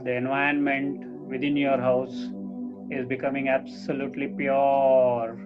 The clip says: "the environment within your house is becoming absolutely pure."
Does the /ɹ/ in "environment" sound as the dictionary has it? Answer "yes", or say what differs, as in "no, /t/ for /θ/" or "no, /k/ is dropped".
no, /ɹ/ is dropped